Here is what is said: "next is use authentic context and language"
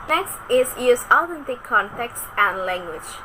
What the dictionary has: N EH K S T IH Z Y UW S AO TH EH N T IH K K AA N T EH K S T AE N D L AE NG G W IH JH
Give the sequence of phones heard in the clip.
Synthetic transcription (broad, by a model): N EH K S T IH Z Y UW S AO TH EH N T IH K K AA N T EH K S T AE N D L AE NG G W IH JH